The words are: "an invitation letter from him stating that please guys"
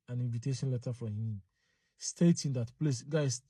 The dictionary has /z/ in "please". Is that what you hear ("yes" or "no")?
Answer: no